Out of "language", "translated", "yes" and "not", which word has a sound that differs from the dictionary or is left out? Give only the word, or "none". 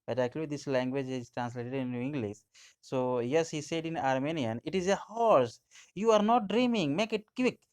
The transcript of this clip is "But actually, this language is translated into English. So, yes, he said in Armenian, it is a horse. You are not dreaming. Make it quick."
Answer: none